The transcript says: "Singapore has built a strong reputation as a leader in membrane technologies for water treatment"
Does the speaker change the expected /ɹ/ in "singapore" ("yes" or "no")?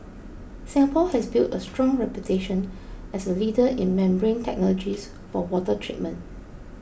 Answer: yes